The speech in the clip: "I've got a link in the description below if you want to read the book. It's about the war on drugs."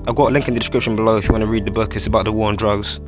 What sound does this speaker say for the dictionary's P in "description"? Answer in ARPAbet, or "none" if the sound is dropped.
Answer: P